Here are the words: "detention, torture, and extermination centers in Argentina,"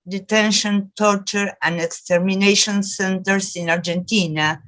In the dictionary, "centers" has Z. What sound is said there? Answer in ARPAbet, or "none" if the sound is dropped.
S